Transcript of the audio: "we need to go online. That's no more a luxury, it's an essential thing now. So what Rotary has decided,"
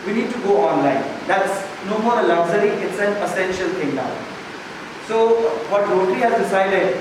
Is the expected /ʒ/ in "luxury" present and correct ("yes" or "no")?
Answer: no